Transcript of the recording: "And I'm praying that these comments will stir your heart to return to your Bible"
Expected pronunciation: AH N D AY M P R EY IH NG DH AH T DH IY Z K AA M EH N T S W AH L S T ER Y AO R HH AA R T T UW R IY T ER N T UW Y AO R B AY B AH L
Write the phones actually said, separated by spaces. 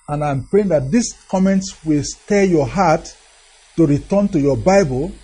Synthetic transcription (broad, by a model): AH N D AY M P R EY IH NG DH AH T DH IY S K AA M EH N T S W AH L S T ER Y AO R HH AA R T T UW R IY T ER N T UW Y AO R B AY B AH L